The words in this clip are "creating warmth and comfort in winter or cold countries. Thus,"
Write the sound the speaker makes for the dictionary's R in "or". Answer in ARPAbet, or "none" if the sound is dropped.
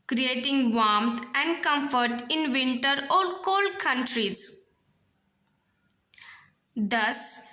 L